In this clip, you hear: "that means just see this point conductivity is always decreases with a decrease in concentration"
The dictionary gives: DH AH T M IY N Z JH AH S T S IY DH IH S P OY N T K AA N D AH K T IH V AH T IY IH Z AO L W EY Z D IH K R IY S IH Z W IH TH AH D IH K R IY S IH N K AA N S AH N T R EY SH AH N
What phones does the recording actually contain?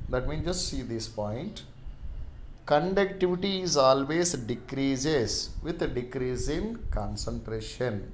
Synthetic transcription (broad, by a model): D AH T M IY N JH AH S T S IY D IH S P OY N T K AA N D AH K T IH V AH T IY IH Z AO L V EY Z D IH K R IY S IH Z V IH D D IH K R IY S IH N K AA N S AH N T R EY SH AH N